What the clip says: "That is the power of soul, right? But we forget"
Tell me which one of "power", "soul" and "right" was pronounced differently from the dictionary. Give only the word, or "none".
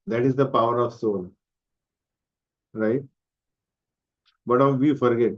soul